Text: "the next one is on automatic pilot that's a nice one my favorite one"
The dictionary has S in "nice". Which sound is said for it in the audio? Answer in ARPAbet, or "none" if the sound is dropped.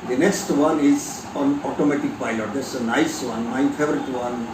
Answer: S